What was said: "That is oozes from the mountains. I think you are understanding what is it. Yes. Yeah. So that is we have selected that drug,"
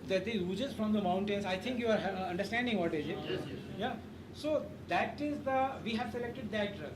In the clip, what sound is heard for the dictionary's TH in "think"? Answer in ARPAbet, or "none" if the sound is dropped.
T